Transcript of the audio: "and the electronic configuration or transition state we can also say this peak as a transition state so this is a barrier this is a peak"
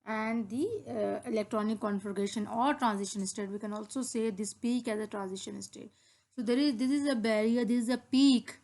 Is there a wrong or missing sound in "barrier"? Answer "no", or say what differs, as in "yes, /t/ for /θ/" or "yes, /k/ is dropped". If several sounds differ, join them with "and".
no